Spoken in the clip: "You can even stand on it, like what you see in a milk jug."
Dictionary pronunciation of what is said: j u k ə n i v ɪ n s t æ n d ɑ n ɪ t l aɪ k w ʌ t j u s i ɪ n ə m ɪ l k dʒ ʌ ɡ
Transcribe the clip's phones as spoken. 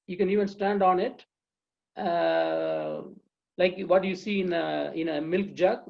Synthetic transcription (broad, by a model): j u k ə n i v ɪ n s t æ n d ɑ n ɪ t l aɪ k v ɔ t j u s i ɪ n ə m ɪ l k dʒ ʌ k